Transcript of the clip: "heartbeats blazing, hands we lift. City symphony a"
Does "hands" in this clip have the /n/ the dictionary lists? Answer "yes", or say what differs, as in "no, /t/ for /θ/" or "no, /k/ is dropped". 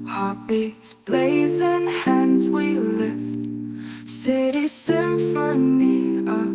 yes